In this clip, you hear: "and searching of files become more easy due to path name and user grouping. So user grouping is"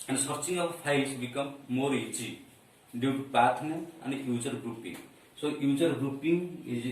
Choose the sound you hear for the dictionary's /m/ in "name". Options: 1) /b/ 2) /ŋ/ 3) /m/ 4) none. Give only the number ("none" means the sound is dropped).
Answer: 4